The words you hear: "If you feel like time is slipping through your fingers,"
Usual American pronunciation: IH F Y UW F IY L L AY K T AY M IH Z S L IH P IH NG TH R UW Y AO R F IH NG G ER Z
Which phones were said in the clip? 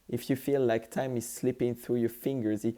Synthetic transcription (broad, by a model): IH F Y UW F IY L L AY K T AY M IH Z S L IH P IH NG TH R UW Y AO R F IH NG G ER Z